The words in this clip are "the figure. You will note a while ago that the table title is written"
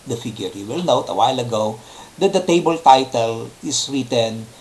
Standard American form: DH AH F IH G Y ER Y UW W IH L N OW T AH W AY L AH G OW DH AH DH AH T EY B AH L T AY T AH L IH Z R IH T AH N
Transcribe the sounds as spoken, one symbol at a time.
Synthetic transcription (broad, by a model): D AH F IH G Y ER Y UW W IH L N OW T AH W AY L AH G OW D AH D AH T EY B AH L T AY T AH L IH S R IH T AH N